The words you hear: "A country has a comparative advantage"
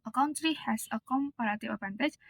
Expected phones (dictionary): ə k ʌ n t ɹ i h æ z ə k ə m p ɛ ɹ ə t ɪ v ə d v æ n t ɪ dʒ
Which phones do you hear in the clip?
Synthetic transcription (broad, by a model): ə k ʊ n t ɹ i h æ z ə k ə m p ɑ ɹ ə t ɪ ə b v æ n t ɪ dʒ